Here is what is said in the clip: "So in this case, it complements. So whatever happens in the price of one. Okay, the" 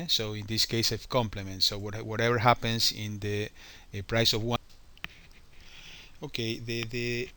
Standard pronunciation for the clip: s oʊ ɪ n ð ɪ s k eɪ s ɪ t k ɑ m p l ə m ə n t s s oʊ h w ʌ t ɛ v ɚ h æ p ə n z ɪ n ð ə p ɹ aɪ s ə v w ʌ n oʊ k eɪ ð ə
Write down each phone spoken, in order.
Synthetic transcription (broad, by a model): s oʊ ɪ n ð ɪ s k eɪ s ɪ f k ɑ m p l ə m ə n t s s oʊ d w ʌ t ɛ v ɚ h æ p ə n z ɪ n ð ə p ɹ aɪ s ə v w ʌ oʊ k eɪ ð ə